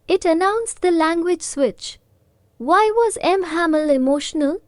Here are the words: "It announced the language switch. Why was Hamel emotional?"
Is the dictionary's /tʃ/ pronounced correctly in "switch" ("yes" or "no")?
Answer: yes